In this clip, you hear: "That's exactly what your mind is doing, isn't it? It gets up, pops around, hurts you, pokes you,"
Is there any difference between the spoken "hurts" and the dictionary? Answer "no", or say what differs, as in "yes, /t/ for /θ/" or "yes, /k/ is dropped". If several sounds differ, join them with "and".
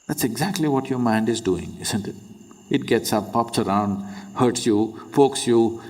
no